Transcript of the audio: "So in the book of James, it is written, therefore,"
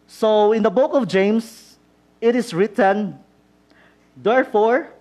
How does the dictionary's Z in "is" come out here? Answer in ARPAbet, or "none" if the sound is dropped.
S